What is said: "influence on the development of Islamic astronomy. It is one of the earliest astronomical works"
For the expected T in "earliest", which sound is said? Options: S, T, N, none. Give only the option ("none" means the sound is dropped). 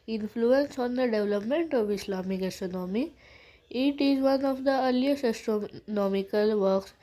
none